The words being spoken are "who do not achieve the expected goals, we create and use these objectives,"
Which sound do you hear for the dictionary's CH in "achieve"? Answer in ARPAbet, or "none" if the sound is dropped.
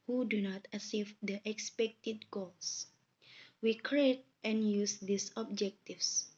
S